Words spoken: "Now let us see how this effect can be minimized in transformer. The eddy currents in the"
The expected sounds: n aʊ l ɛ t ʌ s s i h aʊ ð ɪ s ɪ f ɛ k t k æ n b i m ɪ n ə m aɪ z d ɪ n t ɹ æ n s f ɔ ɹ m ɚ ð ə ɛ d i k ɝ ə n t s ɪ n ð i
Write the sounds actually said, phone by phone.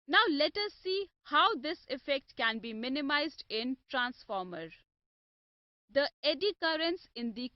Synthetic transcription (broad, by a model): n aʊ l ɛ t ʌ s s i h aʊ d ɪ s ɪ f ɛ k t k æ n b i m ɪ n ə m aɪ z d ɪ n t ɹ æ n s f ɔ ɹ m ɚ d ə ɛ d i k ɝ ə n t s ɪ n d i